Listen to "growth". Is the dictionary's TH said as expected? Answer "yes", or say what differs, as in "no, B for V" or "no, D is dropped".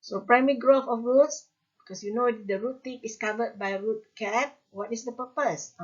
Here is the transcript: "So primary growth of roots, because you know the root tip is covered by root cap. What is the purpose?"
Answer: no, F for TH